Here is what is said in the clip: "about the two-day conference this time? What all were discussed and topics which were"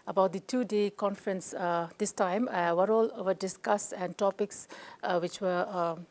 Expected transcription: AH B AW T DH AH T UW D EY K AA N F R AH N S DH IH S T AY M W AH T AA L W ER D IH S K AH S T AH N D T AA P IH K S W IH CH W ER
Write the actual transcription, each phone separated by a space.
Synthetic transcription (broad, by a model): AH B AW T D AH T UW D EY K AA N F R AH N S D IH S T AY M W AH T AA L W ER D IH S K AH S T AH N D T AA P IH K S W IH CH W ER